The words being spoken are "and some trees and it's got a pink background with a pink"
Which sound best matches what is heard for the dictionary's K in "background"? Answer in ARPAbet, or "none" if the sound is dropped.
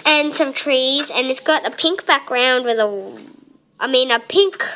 K